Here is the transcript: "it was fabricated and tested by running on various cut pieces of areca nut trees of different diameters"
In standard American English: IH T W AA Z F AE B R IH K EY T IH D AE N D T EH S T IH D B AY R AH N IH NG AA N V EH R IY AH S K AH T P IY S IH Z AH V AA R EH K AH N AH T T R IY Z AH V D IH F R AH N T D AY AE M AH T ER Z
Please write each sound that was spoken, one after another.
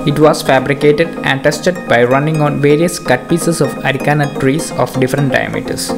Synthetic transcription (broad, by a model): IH T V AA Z F AE B R IH K EY T IH D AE N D T EH S T IH D B AY R AH N IH NG AA N V EH R IY AH S K AH T P IY S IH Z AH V AA R EH K AH N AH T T R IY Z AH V D IH F R AH N T D AY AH M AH T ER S